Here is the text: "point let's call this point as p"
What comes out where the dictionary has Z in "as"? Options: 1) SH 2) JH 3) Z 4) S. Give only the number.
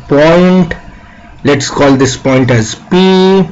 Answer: 3